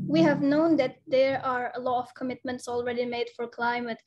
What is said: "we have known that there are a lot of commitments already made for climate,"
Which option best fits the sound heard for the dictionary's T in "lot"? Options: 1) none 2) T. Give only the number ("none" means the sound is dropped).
1